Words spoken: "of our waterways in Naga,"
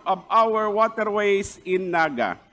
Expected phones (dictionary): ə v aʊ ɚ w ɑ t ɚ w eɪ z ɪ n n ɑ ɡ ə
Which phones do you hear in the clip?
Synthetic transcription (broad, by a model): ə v aʊ ɚ w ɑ t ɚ w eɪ s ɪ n n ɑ ɡ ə